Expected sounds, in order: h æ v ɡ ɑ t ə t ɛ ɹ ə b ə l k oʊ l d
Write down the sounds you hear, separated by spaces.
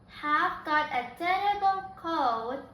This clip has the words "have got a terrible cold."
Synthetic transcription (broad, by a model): h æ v ɡ ɑ t ə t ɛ ə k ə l k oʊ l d